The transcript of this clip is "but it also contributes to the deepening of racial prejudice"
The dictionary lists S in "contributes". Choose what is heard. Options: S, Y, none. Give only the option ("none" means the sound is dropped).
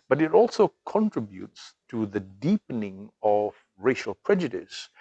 S